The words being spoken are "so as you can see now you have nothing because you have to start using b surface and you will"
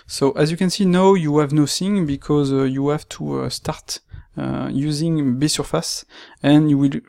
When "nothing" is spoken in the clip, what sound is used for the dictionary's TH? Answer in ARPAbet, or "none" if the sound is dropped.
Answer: S